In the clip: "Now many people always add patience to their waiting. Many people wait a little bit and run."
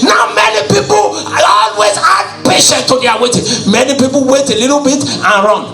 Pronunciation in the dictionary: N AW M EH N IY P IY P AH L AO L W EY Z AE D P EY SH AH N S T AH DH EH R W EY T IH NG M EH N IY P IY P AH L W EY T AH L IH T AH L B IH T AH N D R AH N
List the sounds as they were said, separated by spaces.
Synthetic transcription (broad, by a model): N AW M EH N IY P IY P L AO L W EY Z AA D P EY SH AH N T AH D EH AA W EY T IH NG M EH N IY P IY P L W EY T AH L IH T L B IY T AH N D R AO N